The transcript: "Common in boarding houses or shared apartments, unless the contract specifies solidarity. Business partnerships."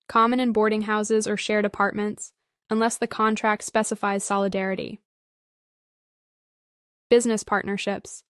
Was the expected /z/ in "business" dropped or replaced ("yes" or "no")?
no